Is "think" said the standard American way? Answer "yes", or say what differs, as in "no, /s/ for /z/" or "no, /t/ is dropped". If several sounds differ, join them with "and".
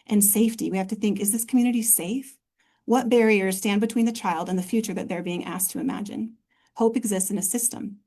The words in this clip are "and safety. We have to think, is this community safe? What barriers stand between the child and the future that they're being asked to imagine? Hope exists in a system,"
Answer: yes